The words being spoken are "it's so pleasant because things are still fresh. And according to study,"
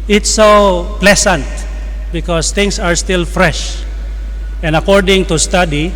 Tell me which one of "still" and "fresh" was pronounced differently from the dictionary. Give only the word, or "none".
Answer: none